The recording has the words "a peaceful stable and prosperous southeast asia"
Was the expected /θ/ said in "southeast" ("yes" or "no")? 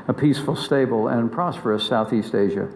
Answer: yes